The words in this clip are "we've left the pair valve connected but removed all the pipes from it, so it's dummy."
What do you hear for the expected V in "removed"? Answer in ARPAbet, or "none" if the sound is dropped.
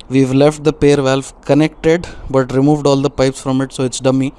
V